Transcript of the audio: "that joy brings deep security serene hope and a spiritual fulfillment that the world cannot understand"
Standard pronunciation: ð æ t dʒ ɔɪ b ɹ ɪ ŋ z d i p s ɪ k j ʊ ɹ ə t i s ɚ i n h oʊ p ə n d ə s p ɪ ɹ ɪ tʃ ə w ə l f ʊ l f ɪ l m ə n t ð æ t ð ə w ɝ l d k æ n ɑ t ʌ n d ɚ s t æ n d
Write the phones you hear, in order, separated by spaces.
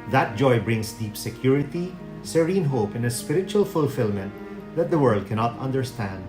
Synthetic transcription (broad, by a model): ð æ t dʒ ɔɪ b ɹ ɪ ŋ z d i p s ɪ k j ʊ ɹ ə t i s ɚ i n h oʊ p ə n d ə s p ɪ ɹ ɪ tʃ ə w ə l f ʊ l f ɪ l m ə n t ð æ t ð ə w ɝ l d k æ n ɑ t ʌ n d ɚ s t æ n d